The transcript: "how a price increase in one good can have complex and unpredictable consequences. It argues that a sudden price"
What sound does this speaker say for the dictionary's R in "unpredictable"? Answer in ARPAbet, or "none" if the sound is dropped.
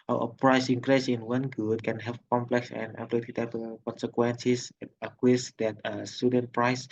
L